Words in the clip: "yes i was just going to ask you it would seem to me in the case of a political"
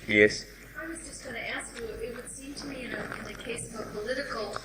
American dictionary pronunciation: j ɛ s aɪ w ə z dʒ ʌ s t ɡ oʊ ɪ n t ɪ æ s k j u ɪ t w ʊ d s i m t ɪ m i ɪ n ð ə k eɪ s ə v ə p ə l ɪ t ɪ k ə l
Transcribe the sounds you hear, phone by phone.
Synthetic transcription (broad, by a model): j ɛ s aɪ w ə z dʒ ʌ s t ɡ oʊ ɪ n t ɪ æ s k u ɪ t w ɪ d s i m t ɪ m i ɪ n ð ə k eɪ s ə v ə p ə l ɪ t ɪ k l